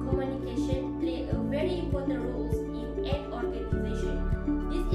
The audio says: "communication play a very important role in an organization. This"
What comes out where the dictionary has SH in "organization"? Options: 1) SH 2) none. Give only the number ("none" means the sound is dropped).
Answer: 1